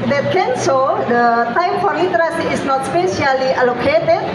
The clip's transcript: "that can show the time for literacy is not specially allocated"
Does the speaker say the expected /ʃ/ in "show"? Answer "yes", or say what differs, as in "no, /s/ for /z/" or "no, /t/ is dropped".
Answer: no, /s/ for /ʃ/